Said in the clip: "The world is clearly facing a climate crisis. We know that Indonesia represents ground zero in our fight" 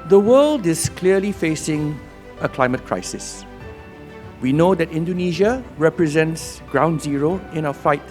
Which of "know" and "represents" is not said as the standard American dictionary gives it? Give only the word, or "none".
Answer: none